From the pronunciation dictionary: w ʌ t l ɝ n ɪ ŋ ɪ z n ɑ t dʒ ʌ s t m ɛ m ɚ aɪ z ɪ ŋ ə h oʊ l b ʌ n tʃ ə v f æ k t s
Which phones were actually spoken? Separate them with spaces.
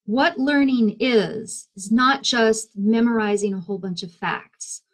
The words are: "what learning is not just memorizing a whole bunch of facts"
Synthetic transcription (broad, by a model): w ʌ t l ɝ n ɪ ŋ ɪ z n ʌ t dʒ ʌ s t m ɛ m ɚ aɪ z ɪ ŋ ə h oʊ l b ʌ n tʃ ə v f æ k t s